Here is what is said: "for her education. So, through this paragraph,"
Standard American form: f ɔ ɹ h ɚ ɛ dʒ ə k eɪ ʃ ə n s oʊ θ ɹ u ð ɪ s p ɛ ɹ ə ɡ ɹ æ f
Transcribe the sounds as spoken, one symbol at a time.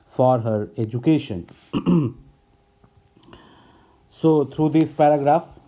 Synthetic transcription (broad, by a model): f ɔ ɹ h ɚ ɛ dʒ ə k eɪ ʃ ə n s oʊ t ɹ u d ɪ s p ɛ ɹ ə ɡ ɹ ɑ f